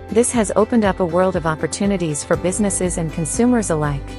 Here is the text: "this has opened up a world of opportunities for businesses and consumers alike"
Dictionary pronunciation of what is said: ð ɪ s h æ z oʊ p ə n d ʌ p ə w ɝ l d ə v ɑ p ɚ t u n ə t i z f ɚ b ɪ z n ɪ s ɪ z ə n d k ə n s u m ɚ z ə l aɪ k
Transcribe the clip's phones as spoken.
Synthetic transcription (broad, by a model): ð ɪ s h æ z oʊ p ə n d ʌ p ə w ɝ l d ə v ɑ p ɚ t u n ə t i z f ɚ b ɪ z n ɪ s ɪ z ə n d k ə n s u m ɚ z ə l aɪ k